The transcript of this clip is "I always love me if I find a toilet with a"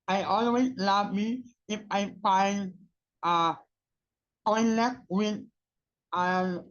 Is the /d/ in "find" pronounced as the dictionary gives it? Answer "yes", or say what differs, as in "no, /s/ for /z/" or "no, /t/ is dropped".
no, /d/ is dropped